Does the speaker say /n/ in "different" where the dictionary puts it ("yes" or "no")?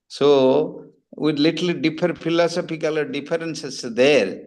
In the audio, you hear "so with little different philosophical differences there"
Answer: no